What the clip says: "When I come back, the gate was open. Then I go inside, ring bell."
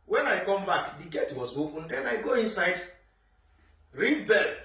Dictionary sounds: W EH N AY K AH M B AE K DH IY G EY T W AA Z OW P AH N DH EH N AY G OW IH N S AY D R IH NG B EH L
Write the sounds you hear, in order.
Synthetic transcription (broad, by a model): W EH N AY K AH M B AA K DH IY G EY T W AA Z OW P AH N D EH N AY G OW IH N S AY D R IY B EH L